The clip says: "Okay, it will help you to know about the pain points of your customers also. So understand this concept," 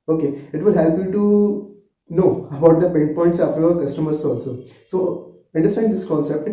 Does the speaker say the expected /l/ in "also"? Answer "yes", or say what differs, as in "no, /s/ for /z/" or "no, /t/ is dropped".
yes